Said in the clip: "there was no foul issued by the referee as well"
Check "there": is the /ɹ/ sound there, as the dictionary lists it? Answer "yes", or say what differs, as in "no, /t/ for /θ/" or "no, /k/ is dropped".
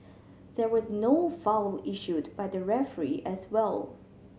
yes